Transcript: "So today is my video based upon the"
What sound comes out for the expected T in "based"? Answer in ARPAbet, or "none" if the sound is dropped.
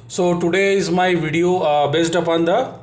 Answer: T